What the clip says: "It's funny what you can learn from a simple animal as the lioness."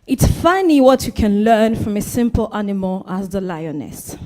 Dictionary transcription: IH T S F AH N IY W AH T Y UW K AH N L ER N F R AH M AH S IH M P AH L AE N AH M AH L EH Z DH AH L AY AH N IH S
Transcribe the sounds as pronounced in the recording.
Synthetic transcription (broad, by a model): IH T S F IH N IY W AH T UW K AH N L ER N F R AH M AH S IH M P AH L AE N AH M AH L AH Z DH AH L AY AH N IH S